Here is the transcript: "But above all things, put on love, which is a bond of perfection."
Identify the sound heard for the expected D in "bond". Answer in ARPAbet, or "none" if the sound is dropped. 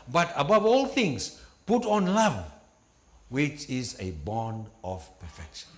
D